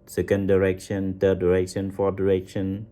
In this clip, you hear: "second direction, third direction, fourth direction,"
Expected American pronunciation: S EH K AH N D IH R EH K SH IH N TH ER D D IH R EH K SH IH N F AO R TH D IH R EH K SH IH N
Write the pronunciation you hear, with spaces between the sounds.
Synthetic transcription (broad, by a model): S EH K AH N D IH R EH K SH IH N T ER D D IH R EH K SH IH N F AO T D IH R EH K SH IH N